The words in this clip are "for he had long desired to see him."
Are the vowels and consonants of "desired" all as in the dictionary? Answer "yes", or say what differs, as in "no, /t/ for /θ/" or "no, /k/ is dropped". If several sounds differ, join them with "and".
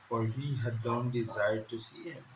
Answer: yes